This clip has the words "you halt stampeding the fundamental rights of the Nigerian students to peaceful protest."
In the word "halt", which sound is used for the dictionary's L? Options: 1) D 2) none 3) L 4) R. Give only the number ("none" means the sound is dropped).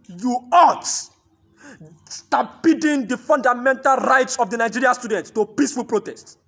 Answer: 2